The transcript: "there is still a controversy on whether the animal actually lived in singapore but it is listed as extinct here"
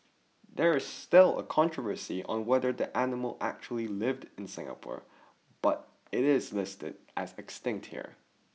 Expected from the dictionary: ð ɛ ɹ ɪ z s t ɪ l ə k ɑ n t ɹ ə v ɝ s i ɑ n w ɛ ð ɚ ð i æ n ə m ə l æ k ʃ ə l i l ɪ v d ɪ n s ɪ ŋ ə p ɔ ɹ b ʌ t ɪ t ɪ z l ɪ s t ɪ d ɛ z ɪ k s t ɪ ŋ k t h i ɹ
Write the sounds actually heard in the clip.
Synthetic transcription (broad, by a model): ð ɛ ɹ ɪ z s t ɪ l ə k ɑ n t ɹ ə v ɝ s i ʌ n w ɛ ð ɚ ð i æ n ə m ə l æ k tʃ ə l i l ɪ v d ɪ n s ɪ ŋ ə p ɔ ɹ b ʌ t ɪ t ɪ z l ɪ s t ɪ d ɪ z ɪ k s t ɪ ŋ k t h i ɹ